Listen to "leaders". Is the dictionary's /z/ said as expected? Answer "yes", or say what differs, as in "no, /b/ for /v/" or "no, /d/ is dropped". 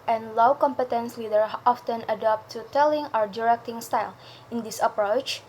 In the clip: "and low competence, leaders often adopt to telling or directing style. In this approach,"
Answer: no, /z/ is dropped